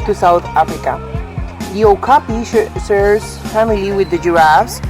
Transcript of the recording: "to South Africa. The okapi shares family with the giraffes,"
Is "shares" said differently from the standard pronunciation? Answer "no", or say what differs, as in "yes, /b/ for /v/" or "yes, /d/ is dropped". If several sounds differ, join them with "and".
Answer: yes, /s/ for /ʃ/